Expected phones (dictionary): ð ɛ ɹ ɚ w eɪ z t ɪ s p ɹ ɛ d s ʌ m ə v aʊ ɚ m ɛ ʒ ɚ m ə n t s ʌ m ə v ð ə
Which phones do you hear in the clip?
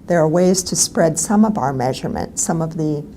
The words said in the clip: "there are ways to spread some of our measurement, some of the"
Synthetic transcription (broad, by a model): ð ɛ ɹ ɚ w eɪ z t ɪ s p ɹ ɛ d s ʌ m ə v aʊ ɚ m ɛ ʒ ɚ m ə n t s ʌ m ə v ð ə